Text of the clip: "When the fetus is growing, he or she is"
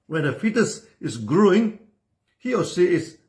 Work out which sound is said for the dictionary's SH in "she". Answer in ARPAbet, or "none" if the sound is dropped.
S